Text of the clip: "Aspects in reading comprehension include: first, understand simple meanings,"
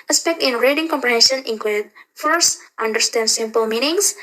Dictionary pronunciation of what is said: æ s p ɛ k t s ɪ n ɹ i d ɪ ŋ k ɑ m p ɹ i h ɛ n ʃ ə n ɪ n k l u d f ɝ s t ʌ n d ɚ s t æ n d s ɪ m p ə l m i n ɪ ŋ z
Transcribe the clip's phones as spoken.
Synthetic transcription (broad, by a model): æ s p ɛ k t ɪ n ɹ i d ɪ ŋ k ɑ m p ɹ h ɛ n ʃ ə n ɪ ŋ k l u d f ɝ s t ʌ n d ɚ s t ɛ n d s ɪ m p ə l m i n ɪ ŋ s